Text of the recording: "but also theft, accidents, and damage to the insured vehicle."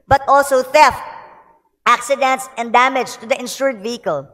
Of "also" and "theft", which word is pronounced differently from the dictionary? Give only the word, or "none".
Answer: none